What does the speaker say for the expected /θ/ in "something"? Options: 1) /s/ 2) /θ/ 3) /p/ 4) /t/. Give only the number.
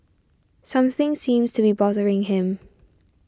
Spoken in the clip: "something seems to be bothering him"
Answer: 2